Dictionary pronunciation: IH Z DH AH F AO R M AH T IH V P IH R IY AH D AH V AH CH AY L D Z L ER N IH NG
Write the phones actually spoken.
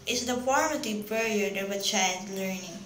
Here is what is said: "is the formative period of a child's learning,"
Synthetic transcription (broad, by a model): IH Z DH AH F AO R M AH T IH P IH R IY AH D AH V AH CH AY D L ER N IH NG